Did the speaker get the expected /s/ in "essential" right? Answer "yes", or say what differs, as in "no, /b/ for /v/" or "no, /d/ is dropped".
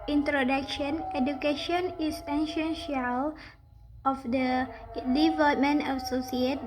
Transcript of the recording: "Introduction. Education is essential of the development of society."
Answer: no, /ʃ/ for /s/